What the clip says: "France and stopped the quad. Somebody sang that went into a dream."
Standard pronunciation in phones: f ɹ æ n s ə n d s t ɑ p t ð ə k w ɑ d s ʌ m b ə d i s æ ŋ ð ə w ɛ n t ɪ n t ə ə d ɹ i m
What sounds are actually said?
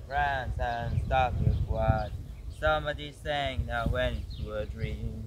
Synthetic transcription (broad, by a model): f ɹ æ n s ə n s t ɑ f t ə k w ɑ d s ʌ m b ə d i s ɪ ŋ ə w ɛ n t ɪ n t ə ə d ɹ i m